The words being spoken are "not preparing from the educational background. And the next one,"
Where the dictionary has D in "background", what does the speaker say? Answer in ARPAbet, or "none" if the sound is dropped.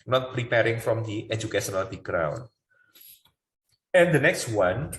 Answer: none